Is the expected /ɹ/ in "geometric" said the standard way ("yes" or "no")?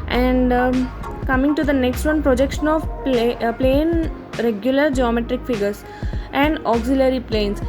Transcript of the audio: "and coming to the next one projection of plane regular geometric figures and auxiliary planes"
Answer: yes